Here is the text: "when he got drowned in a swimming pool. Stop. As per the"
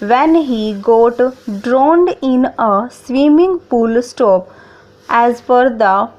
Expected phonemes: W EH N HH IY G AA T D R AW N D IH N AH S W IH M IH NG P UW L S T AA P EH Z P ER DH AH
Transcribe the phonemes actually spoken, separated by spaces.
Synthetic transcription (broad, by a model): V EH N HH IY G AA T D R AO N D IH N AH S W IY M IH NG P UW L S T AA P EH Z F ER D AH